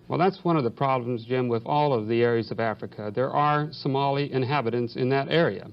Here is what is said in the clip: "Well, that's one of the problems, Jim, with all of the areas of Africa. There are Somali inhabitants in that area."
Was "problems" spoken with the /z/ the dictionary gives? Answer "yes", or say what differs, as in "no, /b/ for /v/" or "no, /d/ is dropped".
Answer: yes